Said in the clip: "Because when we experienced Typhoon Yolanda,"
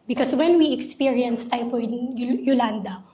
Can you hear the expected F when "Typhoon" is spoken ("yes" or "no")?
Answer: no